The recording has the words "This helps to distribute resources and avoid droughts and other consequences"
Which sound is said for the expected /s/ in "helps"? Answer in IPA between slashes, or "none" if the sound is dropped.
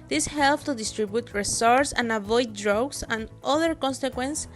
none